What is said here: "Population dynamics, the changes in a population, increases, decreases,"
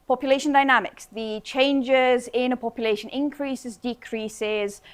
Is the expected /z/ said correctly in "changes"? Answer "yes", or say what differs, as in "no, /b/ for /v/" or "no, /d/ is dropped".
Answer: yes